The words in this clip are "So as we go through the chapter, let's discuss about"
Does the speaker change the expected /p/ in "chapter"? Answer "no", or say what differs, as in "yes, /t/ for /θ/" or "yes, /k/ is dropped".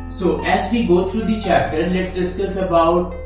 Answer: no